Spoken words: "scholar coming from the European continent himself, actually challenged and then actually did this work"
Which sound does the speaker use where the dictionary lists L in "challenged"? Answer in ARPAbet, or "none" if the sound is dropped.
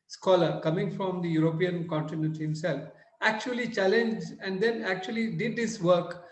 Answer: L